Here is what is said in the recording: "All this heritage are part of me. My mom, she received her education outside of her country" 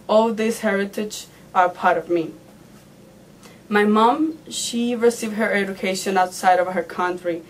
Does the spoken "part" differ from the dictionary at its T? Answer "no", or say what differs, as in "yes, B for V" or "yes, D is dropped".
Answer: no